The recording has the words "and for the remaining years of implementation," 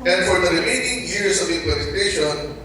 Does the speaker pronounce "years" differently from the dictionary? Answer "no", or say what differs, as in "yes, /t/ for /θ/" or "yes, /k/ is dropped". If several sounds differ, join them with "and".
yes, /s/ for /z/